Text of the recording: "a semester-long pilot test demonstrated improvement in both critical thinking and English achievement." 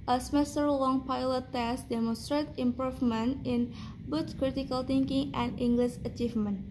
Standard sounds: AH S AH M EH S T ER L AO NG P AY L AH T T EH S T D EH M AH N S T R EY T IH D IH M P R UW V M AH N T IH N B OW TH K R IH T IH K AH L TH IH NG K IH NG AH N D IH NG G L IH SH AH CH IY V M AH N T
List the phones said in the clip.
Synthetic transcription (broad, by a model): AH S AH M EH S T ER L AO NG P AY L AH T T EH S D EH M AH N S T R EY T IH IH M P R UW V M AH N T IH N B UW S K R IH T IH K AH L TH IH NG K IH NG AH N D IH NG G L IH SH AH CH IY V M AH N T